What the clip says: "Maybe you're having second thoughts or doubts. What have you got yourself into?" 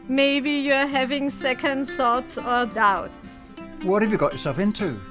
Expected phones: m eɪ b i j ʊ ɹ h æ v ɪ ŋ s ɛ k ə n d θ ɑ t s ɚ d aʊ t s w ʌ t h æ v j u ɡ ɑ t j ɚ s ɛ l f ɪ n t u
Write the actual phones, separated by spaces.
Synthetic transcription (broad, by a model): m eɪ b i j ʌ h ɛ v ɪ ŋ s ɛ k ə n d s ɑ t s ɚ d aʊ t s w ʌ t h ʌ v j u ɡ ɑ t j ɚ s ɛ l f ɪ n t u